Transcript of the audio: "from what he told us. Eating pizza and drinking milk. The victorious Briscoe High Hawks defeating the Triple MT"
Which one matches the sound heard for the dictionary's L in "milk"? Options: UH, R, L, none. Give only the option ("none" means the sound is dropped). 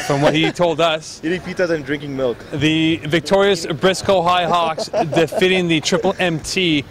L